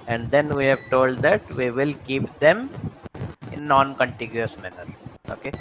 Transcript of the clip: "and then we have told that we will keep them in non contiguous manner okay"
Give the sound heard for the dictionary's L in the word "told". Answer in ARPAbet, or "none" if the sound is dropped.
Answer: L